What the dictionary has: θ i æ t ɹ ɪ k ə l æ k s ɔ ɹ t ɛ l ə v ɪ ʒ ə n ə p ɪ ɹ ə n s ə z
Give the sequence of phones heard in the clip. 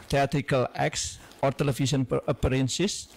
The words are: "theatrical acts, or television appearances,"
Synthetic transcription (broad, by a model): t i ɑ t ɹ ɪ k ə l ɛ k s ɔ ɹ t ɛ l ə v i s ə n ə p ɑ ɹ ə n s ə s